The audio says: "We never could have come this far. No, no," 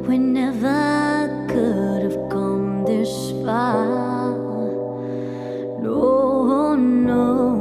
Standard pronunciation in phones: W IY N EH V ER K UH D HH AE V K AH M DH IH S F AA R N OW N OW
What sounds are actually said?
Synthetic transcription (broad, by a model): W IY N EH V ER K UH D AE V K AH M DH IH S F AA L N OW N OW